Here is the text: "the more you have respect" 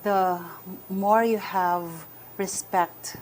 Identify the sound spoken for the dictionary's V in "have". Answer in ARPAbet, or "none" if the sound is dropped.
V